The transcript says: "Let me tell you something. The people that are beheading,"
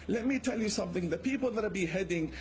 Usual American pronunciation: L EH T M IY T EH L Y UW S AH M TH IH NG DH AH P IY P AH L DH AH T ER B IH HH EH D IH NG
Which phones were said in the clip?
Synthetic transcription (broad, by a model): L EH T M IY T EH L Y UW S AH M TH IH NG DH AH P IY P AH L DH AH T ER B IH HH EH D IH NG